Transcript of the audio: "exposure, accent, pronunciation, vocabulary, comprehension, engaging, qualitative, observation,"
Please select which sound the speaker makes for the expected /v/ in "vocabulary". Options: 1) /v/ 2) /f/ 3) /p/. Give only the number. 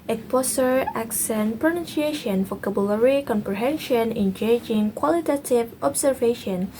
2